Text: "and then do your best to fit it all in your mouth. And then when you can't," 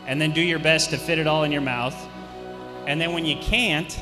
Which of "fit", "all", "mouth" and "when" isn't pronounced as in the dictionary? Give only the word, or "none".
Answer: none